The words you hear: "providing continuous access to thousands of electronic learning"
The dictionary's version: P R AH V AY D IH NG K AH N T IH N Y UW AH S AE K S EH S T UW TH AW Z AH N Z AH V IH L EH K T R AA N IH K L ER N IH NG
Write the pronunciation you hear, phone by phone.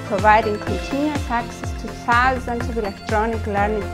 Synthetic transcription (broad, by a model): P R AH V AY D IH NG K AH N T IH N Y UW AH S AE K S EH S T UW S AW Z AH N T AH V IH L EH K T R AA N IH K L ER N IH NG